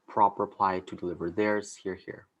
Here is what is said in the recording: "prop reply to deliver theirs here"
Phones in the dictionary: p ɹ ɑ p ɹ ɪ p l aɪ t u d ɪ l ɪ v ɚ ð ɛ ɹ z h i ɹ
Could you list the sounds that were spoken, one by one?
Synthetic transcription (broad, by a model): p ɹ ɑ p ɹ ɪ p l aɪ t u d ɪ l ɪ v ɚ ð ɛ ɹ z h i ɹ